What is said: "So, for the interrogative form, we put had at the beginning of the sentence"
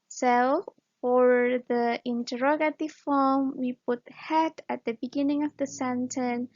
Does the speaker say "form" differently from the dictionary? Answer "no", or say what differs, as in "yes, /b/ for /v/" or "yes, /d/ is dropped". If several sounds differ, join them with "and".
yes, /l/ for /ɹ/